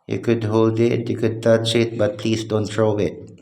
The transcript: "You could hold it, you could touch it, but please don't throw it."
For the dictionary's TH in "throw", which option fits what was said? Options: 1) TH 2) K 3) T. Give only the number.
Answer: 3